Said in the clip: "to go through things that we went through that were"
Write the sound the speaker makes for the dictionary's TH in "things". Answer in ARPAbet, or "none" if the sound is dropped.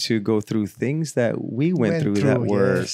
TH